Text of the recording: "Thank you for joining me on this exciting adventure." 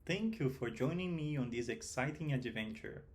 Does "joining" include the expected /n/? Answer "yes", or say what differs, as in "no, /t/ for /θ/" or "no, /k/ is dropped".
yes